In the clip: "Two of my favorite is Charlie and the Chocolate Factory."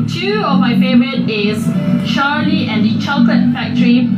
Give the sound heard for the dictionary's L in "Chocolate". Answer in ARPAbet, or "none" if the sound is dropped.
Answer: none